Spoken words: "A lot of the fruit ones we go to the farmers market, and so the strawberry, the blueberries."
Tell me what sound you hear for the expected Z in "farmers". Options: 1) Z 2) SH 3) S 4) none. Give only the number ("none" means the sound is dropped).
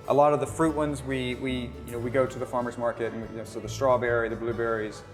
1